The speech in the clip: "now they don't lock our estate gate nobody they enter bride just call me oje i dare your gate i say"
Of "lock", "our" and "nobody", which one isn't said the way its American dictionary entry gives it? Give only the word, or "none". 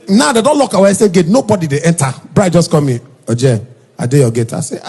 our